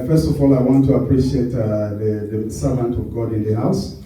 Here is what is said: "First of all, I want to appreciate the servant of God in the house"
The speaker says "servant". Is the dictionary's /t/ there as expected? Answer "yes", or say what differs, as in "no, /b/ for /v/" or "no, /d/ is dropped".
yes